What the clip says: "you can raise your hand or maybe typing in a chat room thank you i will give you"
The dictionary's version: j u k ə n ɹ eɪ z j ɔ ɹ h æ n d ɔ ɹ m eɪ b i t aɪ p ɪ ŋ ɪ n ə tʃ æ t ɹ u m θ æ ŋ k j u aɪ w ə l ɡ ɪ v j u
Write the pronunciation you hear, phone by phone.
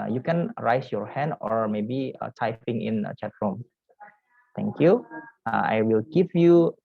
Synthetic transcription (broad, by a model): j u k ə n ɹ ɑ s j ɔ ɹ h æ n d ɔ ɹ m eɪ b i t aɪ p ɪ ŋ ɪ n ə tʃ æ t ɹ u m t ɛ ŋ k j u aɪ w ə l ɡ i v j u